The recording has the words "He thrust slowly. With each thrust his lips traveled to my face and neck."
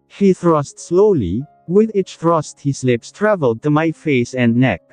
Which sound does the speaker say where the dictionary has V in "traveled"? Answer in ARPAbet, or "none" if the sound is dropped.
V